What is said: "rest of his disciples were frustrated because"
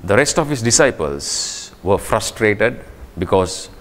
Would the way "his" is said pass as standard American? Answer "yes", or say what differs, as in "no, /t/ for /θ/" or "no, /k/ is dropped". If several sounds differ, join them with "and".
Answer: no, /s/ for /z/